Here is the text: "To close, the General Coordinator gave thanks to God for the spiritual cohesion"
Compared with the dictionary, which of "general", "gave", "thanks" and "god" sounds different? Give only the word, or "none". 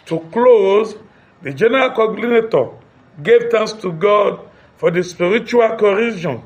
thanks